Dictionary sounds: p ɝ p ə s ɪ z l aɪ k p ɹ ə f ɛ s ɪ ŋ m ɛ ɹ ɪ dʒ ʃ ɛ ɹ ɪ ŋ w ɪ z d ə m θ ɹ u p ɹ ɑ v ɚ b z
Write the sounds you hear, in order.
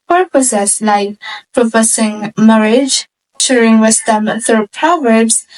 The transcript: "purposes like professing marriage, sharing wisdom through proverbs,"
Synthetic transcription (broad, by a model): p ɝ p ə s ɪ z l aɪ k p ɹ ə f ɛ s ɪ ŋ m ɛ ɹ ɪ dʒ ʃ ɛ ɹ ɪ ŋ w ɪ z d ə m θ u p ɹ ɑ v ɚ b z